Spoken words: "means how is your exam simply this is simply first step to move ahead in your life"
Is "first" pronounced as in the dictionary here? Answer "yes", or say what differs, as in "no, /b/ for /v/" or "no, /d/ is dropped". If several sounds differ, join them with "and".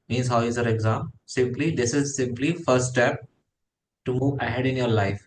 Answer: no, /s/ is dropped